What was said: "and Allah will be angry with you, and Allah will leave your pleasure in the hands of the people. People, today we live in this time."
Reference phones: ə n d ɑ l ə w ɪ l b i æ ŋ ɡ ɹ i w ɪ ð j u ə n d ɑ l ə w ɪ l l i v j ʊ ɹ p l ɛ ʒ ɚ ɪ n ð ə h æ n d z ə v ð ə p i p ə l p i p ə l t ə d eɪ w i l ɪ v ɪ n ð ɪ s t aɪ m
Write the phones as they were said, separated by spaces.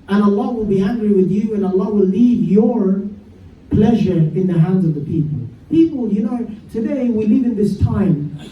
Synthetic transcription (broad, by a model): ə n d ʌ l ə w ɪ l b i æ ŋ ɡ ɹ i w ɪ ð j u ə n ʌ l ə w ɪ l l i v j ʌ ɹ p l ɛ ʒ ɚ ɪ n ð ə h æ n d z ə v ð ə p i p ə l p i p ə n t ə d eɪ w i l ɪ v ɪ n ð ɪ s t aɪ m